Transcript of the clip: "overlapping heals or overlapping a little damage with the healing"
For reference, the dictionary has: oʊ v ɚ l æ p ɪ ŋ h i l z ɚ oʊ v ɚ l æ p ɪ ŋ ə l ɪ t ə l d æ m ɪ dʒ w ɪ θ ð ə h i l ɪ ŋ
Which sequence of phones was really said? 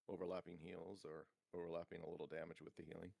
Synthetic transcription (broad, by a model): oʊ v ɚ l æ p ɪ ŋ h i l z ɚ oʊ v ɚ l æ p ɪ ŋ ə l ɪ t l d æ m ɪ dʒ w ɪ ð ə h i l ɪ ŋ